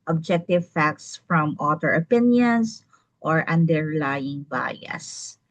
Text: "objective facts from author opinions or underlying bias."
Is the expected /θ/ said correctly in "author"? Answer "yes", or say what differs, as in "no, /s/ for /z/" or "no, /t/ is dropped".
no, /t/ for /θ/